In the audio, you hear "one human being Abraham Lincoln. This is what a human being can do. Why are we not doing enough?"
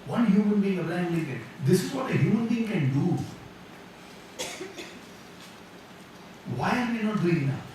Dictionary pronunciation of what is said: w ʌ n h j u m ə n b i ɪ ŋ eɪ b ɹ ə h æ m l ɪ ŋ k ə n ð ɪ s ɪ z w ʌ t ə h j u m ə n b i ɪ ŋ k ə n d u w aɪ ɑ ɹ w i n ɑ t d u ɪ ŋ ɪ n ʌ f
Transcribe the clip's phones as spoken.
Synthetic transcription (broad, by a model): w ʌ n h j u m ə n b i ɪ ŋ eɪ ɹ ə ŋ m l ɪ k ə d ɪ s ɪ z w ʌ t ə h j u m ə n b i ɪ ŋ k ə n d u w aɪ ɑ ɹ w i n ɑ t d u ɪ ŋ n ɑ